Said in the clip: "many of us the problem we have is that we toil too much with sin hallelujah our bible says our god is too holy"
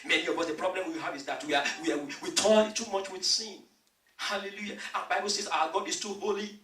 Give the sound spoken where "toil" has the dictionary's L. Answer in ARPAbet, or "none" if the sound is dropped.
N